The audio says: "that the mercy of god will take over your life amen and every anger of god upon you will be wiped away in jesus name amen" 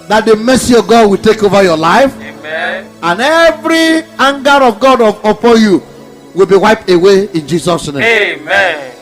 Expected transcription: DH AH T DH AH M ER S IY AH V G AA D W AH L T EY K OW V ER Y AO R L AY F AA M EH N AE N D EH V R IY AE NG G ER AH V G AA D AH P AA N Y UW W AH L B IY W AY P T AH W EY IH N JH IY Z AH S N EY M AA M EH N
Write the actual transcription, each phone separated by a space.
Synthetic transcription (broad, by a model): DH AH T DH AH M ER S IY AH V G AA D W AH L T EY K OW V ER Y AO L AY F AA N N EH V R IY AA NG G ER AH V G AA D AH P AA N Y UW W AH L B IY W AY P T AH W EY IH N JH IY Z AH S N EY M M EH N